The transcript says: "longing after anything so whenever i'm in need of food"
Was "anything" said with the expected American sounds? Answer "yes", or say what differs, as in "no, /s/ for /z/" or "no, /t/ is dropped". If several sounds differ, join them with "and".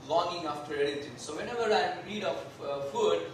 no, /l/ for /n/